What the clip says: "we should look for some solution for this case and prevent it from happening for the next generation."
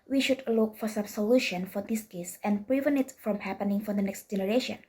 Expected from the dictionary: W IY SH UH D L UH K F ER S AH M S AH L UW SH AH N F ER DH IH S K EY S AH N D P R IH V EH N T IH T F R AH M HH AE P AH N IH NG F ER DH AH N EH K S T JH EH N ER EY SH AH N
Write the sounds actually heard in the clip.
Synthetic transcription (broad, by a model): W IY SH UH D L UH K F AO S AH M S AH L UW SH AH N F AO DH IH S K EY S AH N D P R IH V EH N IH T F R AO M HH AE P AH N IH NG F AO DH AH N EH K S T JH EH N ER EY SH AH N